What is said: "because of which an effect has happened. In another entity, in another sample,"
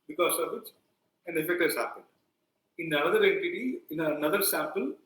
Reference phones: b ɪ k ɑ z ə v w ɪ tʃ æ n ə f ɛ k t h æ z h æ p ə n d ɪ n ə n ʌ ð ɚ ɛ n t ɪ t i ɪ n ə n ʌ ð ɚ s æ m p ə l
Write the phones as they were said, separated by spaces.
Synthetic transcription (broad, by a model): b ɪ k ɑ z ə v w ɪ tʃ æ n ə f ɛ k t h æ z h æ p ə n d ɪ n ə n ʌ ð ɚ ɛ t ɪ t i ɪ n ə n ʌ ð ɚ s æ m p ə l